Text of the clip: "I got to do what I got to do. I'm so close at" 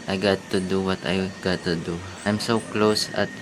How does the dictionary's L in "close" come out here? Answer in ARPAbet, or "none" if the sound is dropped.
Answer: L